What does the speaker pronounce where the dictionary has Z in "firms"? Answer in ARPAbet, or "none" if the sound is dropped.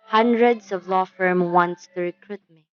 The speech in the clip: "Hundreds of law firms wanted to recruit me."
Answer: none